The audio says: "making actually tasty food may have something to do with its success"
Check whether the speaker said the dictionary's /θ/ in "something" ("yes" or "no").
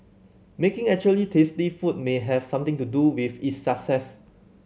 no